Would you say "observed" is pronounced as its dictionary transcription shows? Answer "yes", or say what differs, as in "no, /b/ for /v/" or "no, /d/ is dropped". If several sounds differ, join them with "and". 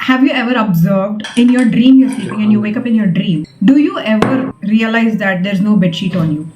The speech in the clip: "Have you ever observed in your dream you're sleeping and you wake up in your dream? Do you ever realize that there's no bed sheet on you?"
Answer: yes